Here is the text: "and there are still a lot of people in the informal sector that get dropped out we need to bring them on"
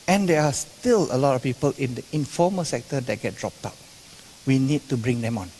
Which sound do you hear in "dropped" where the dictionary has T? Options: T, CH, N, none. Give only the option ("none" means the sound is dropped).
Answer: T